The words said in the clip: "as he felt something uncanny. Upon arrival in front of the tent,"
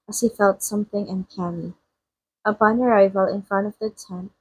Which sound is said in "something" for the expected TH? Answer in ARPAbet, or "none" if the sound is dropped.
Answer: TH